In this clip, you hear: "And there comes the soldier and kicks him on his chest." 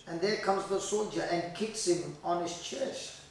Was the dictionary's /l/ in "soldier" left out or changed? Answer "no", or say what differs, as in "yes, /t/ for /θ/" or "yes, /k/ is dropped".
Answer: no